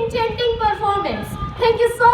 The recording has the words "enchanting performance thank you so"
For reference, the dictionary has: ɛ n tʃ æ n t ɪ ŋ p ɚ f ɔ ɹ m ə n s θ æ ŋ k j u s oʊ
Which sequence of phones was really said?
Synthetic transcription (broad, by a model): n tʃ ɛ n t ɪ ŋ p ɚ f ɔ ɹ m ə n s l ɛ k j u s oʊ